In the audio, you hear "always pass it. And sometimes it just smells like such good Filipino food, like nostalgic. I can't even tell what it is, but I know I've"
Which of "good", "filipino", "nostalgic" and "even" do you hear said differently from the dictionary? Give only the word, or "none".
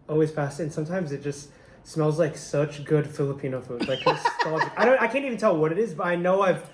nostalgic